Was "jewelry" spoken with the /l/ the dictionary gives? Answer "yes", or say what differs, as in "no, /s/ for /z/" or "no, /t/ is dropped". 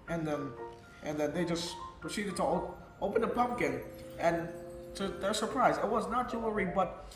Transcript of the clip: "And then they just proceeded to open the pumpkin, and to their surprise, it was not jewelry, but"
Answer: no, /l/ is dropped